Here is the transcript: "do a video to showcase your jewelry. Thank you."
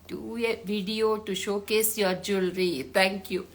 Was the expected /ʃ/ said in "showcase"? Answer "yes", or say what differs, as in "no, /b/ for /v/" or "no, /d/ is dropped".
yes